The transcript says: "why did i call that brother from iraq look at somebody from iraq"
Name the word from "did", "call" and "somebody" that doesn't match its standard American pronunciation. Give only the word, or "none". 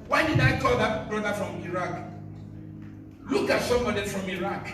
somebody